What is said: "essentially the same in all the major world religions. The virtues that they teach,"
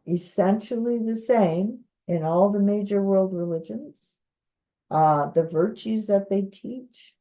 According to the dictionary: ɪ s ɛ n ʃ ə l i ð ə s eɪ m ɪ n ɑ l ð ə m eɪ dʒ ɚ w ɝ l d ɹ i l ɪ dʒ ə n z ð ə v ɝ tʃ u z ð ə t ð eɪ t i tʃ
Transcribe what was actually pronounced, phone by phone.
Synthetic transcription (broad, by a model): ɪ s ɛ n ʃ l i ð ə s eɪ m ɪ n ɑ l ð ə m eɪ dʒ ɚ w ɝ l d ɹ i l ɪ dʒ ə n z ð ə v ɝ tʃ u z ð ə t ð eɪ t i tʃ